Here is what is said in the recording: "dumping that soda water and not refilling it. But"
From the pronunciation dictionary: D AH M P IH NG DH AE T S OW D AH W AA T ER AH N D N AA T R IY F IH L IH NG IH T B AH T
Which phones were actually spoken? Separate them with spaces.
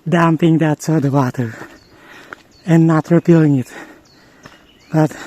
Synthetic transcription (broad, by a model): D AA M P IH NG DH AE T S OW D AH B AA T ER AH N N AA T R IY P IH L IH NG IH T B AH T